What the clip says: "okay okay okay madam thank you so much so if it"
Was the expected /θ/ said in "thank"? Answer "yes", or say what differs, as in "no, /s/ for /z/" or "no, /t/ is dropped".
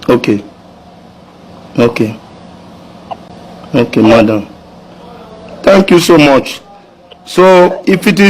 no, /t/ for /θ/